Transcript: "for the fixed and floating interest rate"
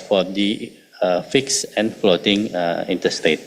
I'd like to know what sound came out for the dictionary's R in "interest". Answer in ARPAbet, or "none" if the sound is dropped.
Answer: none